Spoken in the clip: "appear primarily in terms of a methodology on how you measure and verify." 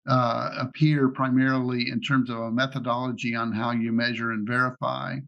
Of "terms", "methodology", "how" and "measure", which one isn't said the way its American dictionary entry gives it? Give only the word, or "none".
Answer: none